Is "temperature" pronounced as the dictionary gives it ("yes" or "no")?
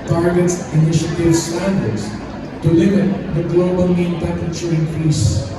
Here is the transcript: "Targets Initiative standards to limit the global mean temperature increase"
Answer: no